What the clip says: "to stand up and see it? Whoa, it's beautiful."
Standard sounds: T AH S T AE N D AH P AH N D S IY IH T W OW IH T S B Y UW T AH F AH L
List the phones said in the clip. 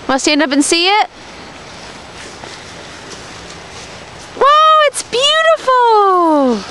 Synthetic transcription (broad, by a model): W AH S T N AH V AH N S IY IH T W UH IH T S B Y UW T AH F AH L